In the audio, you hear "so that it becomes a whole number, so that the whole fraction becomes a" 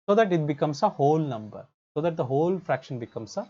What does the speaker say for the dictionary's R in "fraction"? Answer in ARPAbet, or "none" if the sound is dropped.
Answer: R